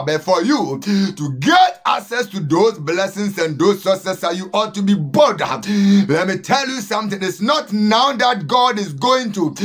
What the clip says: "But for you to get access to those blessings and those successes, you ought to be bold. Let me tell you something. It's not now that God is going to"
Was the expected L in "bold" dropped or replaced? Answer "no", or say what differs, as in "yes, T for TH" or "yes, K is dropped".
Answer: yes, L is dropped